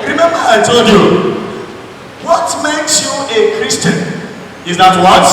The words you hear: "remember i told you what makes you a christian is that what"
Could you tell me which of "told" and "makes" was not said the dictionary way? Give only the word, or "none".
none